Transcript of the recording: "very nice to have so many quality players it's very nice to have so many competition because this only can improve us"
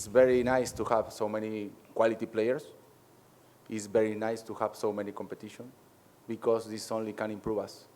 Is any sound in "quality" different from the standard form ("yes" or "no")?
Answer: no